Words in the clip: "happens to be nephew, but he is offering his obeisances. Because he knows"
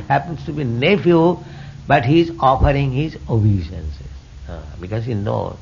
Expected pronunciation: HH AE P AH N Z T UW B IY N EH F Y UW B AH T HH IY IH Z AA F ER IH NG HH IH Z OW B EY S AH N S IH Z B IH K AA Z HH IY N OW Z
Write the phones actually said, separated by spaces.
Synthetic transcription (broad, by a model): HH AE P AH N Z T UW B IY N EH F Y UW B AH T HH IY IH Z AA F ER IH NG HH IH Z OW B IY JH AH N S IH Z B IH K AA Z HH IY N OW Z